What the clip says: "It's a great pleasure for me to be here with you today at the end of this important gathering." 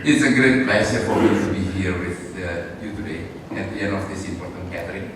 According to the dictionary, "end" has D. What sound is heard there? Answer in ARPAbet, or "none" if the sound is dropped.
none